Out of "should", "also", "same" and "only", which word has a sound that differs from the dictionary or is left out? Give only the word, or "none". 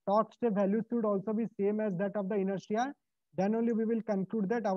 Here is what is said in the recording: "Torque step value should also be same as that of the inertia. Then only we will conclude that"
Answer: should